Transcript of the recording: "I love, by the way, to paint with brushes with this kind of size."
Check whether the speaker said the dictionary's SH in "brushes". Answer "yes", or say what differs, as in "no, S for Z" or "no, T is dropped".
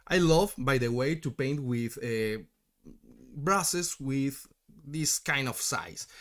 no, S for SH